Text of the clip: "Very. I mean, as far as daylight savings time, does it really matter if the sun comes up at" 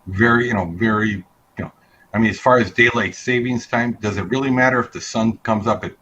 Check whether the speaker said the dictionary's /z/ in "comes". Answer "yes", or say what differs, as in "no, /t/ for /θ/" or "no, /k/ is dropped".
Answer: yes